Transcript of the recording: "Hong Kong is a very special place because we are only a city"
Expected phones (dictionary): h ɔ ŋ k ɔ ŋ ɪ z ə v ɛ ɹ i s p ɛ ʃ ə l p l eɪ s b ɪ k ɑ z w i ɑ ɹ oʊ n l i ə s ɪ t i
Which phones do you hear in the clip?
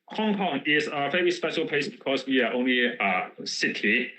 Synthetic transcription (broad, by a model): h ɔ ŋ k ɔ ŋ ɪ z ə f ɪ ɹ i s p ɛ ʃ ə l p eɪ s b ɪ k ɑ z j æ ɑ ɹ oʊ n l i ə s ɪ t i